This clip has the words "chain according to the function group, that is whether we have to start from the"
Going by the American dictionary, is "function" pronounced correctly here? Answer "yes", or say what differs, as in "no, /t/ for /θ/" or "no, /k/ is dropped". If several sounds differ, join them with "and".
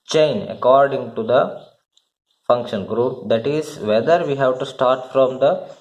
yes